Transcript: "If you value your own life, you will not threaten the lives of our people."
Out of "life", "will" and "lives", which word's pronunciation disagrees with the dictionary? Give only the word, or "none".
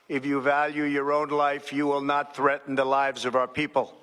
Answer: none